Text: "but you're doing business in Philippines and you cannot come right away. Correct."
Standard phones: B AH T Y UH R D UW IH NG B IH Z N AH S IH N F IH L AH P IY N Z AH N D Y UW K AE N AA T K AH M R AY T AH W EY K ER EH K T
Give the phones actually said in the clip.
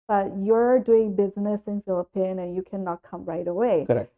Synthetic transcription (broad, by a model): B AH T Y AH R D UW IH NG B IH Z N AH S IH N F IH L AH P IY N AH N Y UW K AE N AA T K AH M R AY T AH W EY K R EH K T